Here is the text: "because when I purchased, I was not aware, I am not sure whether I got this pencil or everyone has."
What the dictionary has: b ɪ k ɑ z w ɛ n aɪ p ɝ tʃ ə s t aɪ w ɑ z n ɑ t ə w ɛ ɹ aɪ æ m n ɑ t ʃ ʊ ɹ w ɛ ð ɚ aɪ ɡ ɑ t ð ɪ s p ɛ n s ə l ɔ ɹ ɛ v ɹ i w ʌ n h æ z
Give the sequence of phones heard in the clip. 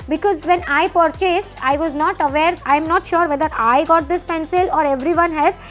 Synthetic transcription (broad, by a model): b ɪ k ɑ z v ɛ n aɪ p ɝ tʃ ə s t aɪ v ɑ z n ɑ t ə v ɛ ɹ aɪ m n ɑ t ʃ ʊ ɹ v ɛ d ɚ aɪ ɡ ɑ t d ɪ s p ɛ n s ə l ɔ ɹ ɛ v ɹ i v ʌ n h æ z